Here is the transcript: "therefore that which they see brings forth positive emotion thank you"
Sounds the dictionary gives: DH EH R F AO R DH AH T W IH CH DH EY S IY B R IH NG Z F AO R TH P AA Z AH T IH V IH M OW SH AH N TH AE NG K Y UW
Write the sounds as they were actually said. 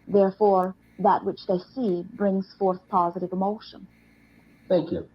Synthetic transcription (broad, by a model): DH EH R F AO R DH AH T W IH CH DH EY S IY B R IH NG Z F AO R TH P AA Z AH T IH V IH M OW SH AH N TH AE NG K Y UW